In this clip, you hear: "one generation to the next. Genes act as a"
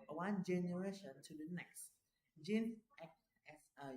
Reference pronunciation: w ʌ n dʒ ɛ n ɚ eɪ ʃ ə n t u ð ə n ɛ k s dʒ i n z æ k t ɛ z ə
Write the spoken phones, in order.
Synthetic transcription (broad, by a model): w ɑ n dʒ ɛ n ɚ eɪ ʃ ə n t u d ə n ɛ k s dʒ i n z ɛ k ɛ s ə